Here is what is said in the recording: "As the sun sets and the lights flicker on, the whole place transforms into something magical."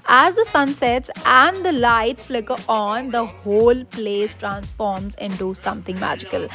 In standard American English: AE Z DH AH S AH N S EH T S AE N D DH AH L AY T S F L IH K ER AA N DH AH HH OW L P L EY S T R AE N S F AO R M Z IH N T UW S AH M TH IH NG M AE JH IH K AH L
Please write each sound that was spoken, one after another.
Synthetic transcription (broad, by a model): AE Z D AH S AH N S EH T S AE N D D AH L AY T S F L IH K ER AA N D AH HH OW L P L EY S T R AE N S F AO R M Z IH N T UW S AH M T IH NG M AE JH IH K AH L